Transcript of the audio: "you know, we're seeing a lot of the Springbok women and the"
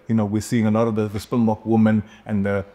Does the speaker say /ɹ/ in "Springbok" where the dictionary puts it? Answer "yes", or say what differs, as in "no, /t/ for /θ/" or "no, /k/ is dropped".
no, /ɹ/ is dropped